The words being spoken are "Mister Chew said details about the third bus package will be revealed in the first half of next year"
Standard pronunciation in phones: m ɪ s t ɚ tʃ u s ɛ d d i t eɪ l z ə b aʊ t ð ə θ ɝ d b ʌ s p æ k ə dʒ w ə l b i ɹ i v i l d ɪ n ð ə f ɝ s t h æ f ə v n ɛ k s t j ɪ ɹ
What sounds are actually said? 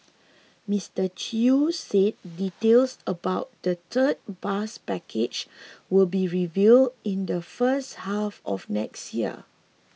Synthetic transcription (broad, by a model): m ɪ s t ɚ tʃ u s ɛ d d i t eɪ l s ə b aʊ t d ə t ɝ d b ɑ s p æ k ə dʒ w ə l b i ɹ i v i l d ɪ n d ə f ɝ s t h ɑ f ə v n ɛ k s t j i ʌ